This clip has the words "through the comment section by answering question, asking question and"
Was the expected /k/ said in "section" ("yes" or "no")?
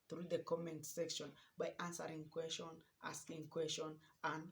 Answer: yes